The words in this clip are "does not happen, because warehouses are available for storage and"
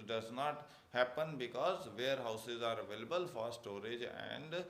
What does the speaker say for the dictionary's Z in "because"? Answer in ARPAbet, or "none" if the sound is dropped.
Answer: Z